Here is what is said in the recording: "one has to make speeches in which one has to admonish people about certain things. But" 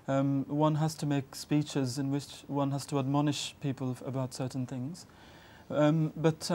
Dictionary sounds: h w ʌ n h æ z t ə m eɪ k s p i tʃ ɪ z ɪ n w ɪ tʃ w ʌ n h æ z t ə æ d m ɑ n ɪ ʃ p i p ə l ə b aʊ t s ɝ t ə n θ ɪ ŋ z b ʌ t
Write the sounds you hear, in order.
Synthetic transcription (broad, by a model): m w ʌ n h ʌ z t ə m eɪ k s p i tʃ ɪ z ɪ n w ɪ tʃ w ʌ n h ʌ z t ə æ d m ɑ n ɪ ʃ p i p ə l ə b aʊ t s ɝ t n θ ɪ ŋ z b ʌ t